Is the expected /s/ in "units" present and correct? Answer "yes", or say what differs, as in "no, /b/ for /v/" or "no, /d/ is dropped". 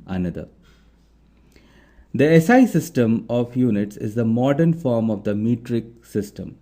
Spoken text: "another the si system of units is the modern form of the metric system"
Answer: yes